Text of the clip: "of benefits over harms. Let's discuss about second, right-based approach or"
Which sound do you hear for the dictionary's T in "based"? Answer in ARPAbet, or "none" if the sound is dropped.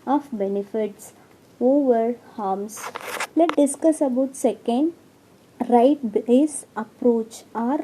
none